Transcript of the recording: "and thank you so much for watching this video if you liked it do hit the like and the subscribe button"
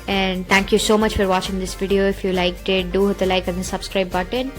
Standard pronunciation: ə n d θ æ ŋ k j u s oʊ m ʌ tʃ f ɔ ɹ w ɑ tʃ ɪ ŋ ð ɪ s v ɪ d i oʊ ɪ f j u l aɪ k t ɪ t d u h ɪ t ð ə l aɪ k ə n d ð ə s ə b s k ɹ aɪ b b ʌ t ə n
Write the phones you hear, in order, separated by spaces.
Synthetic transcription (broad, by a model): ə n d t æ ŋ k j u s oʊ m ʌ tʃ f ɔ ɹ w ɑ tʃ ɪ ŋ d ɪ s v ɪ d i oʊ ɪ f j u l aɪ k t ɪ t d u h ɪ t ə l aɪ k ə n d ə s ə b s k ɹ aɪ b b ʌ t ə n